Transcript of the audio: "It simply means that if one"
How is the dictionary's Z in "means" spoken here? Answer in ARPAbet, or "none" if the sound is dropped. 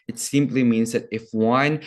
Z